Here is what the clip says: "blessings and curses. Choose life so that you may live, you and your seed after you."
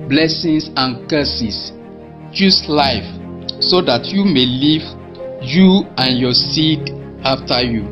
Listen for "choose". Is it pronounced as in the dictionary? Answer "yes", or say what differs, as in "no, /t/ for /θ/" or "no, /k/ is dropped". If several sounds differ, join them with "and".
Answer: no, /s/ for /z/